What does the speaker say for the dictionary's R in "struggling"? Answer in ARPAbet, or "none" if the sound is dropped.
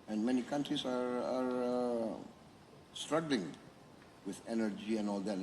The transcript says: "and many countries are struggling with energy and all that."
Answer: R